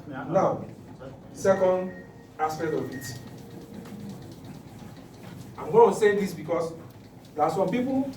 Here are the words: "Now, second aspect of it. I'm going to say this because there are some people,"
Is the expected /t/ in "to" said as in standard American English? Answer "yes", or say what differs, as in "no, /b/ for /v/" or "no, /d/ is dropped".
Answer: no, /s/ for /t/